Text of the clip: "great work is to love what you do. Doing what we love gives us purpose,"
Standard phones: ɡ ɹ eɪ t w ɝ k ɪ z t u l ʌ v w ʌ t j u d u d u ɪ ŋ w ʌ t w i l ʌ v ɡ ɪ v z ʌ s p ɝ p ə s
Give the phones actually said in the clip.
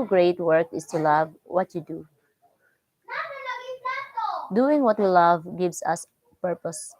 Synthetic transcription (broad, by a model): ɡ ɹ eɪ t w ɝ k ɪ s t u l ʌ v w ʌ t j u d u d u ɪ ŋ w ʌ t l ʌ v ɡ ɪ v s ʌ s p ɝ p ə s